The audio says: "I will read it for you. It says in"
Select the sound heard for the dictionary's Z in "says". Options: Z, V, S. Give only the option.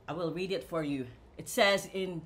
Z